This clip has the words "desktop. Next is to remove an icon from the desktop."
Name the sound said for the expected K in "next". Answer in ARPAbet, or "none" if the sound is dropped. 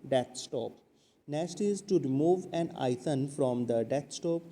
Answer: none